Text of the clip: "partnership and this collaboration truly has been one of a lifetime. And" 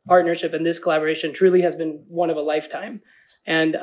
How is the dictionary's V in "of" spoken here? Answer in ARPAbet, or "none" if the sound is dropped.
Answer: V